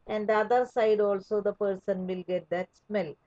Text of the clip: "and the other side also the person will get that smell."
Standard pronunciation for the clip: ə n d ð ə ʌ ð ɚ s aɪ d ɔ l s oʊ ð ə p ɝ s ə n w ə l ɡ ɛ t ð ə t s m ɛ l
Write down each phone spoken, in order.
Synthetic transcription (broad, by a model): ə n d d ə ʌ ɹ s aɪ d ɔ l s oʊ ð ə p ɝ s ə n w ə l ɡ ɛ t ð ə t s m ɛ l